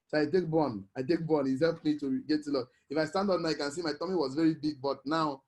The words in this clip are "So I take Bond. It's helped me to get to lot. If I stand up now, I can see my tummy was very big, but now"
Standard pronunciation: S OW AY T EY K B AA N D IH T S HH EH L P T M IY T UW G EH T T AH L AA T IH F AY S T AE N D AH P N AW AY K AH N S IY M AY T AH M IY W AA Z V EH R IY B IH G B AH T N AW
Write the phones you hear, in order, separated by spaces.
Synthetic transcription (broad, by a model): S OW AY T EY K B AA N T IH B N HH EH L P M IY T UW G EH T T AH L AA IH F AY S T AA N D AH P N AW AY K AH N S IY M AY T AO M IY W AA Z V EH R IY B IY G B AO T N AW